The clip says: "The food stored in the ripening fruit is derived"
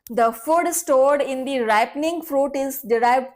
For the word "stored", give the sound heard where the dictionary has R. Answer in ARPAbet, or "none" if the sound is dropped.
R